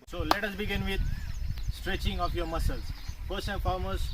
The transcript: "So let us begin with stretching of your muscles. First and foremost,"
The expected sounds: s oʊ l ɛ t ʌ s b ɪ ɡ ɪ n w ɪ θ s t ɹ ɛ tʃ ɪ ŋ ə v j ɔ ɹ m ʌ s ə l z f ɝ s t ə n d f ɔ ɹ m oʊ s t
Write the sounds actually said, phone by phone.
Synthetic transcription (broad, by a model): s oʊ l ɛ t ʌ s b ɪ ɡ ɪ n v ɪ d s t ɹ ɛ tʃ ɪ ŋ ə f j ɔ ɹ m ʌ s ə l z p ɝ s ə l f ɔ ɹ m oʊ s